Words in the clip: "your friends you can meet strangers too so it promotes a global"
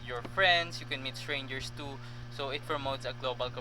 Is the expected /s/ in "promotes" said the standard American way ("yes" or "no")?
yes